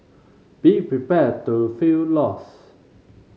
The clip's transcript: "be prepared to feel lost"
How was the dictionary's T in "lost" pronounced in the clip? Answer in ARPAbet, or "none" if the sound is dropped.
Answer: none